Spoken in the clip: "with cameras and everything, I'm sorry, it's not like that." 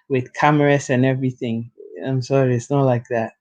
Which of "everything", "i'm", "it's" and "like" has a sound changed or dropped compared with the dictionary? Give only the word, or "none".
none